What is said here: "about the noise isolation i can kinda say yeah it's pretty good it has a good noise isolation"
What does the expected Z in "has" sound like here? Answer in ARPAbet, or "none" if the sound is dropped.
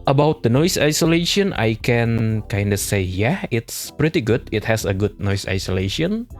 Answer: S